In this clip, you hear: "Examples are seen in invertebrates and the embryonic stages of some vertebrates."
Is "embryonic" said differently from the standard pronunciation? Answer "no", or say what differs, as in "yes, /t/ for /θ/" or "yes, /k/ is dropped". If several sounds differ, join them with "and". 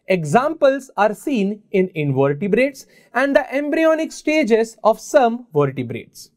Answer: no